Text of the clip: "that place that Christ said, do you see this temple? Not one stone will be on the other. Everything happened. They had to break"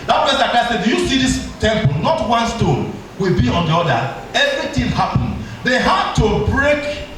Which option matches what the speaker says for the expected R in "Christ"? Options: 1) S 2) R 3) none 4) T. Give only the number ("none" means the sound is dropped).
3